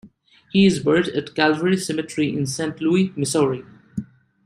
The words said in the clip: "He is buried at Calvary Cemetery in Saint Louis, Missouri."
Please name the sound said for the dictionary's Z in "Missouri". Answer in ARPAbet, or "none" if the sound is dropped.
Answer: S